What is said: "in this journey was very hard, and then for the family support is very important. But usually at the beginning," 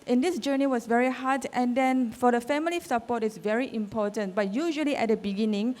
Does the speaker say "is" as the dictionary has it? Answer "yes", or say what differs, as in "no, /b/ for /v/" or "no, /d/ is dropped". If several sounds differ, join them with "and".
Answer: no, /s/ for /z/